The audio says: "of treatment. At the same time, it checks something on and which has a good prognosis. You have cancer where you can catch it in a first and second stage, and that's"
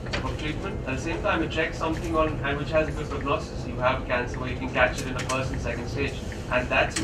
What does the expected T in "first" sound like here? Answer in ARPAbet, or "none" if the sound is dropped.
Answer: none